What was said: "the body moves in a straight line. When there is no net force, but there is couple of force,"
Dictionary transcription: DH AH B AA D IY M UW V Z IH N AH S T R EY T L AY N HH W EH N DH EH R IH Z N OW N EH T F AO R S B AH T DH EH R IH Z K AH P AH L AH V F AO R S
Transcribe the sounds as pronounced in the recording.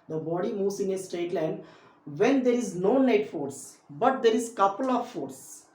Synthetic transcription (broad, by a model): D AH B AA D IY M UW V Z IH N AH S T EY T L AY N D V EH N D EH R IH Z N OW N EH T F AO R S B AH T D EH R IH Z K AH P AH L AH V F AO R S